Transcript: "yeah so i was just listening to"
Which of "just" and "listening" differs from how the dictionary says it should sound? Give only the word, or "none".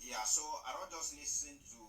listening